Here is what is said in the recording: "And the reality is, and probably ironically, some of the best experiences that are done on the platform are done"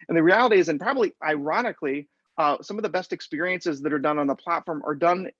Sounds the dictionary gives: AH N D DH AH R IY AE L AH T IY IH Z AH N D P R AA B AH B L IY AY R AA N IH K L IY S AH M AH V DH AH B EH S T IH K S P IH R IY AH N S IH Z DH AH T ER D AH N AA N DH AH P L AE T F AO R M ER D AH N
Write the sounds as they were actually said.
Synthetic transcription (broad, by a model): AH N DH AH R IY AE L AH T IY IH Z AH N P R AA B AH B L IY AY R AA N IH K L IY S AH M AH V DH AH B EH S T IH K S P IH R IY AH N S IH Z DH AH T ER D AH N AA N DH AH P L AE T F AO R M ER D AH N